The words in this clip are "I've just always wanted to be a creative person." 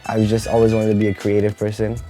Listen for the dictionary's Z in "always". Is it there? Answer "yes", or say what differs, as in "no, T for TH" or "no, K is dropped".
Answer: yes